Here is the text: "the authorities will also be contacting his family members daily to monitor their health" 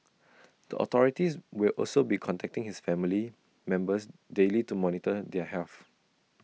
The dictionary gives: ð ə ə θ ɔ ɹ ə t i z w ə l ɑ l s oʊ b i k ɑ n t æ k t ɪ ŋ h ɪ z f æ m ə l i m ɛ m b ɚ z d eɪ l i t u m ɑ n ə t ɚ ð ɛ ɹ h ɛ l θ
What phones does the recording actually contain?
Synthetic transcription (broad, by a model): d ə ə t ɔ ɹ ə t i s w ə l ɑ l s oʊ b i k ɑ n t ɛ k t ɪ ŋ h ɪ s f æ m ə l i m ɛ m b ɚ s d eɪ l i t u m ɑ n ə t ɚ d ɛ h ɛ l f